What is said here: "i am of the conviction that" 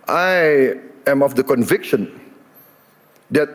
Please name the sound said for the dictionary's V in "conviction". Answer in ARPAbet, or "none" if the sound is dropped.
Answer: V